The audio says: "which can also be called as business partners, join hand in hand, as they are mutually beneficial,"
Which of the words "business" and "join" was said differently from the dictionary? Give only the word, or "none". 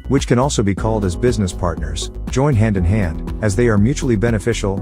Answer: none